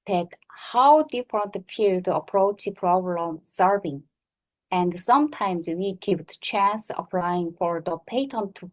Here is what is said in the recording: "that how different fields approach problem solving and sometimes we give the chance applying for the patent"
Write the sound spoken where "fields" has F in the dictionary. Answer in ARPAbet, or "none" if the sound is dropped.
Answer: P